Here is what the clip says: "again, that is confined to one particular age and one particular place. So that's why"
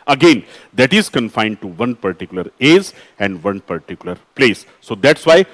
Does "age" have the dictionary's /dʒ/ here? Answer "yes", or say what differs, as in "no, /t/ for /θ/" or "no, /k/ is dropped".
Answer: no, /z/ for /dʒ/